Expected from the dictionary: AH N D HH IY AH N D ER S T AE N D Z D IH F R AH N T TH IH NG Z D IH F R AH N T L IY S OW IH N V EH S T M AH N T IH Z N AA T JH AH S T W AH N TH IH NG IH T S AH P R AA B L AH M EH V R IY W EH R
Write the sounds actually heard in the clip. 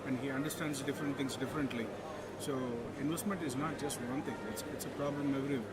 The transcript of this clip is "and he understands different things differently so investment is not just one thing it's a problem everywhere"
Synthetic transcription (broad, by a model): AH N D HH IY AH N D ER S T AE N D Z D IH F R AH N T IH NG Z D IH F R AH N T L IY S OW IH N V EH S T M AH N T IH Z N AA T JH AH S T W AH N T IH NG IH T S AH P R AA B L AH M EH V R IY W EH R